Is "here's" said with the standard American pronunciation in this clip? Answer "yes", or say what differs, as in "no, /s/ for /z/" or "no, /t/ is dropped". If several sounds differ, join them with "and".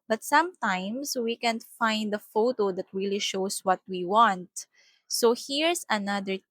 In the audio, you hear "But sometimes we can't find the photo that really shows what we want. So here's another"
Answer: no, /s/ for /z/